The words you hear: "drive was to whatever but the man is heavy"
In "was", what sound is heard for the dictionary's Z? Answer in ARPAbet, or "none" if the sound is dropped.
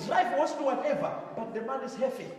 S